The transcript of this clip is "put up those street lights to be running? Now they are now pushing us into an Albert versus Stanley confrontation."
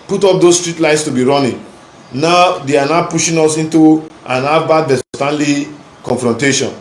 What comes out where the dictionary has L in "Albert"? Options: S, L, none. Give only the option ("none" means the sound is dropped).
none